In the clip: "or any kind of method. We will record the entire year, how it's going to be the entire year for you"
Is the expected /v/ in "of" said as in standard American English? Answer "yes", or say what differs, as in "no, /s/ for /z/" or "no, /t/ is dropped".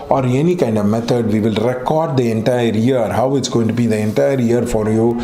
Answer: yes